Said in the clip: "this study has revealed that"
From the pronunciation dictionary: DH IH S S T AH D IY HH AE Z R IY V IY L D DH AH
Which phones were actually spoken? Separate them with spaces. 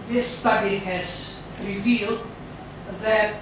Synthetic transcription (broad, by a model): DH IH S S T AH D IY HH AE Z R IY V IY L D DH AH